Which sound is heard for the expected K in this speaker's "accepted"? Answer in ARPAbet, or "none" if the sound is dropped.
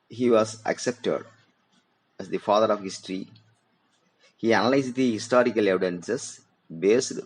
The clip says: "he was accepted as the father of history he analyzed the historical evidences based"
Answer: K